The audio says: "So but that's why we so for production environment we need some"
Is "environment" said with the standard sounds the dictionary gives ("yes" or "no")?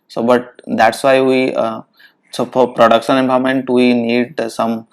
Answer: no